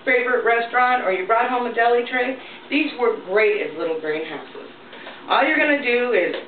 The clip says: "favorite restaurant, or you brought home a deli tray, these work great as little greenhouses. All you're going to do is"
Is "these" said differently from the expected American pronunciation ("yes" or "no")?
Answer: no